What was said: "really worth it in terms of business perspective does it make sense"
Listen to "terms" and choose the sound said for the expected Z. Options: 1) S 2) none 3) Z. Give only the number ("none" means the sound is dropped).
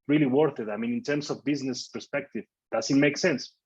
1